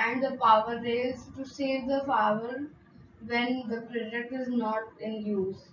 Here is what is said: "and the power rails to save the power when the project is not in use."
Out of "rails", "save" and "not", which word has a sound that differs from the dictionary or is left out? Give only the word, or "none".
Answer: rails